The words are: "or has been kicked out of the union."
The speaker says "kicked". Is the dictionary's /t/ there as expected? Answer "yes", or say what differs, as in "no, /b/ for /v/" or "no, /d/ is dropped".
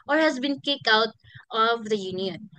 no, /t/ is dropped